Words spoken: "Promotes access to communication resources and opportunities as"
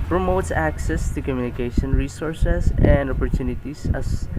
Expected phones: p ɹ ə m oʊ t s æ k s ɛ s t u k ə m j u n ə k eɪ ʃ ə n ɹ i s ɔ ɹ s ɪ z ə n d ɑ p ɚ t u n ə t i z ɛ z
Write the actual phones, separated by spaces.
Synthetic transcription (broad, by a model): p ɹ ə m oʊ t s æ k s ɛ s t u k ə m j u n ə k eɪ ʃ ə n ɹ i s ɔ ɹ s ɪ s ə n d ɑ p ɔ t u n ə t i s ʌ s